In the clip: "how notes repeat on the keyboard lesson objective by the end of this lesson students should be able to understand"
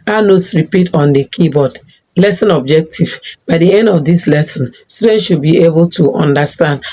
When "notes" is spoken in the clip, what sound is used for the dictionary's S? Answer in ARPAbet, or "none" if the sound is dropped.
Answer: S